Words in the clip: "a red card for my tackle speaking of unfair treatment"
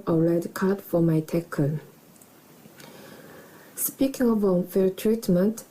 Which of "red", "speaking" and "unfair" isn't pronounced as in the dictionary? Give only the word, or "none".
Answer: unfair